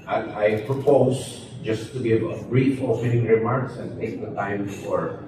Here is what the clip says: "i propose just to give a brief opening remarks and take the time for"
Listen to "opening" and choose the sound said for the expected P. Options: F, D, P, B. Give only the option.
F